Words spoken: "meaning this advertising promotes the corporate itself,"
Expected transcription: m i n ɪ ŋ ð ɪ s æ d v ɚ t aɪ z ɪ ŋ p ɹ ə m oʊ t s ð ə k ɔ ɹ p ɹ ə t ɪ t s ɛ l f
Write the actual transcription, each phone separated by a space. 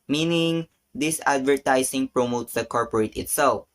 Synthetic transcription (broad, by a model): m i n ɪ ŋ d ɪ s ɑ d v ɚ t aɪ s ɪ ŋ p ɹ ə m oʊ t s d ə k ɔ ɹ p ɹ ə t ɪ t s ɛ l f